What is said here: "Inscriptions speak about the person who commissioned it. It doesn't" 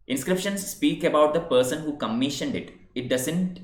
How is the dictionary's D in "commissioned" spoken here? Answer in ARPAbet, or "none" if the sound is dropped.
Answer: D